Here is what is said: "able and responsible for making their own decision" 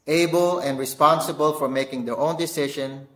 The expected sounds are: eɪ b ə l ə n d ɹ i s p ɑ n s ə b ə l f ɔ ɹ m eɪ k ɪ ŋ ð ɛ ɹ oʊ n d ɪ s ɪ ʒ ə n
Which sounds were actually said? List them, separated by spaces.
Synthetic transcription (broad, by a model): eɪ b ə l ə n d ɹ i s p ɑ n s ə b ə l f ɔ ɹ m eɪ k ɪ ŋ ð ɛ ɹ oʊ n d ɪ s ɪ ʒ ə n